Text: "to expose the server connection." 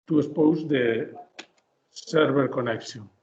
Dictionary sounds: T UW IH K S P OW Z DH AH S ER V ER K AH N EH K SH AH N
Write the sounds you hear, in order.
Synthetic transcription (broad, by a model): T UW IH S P OW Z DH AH S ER B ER K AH N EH K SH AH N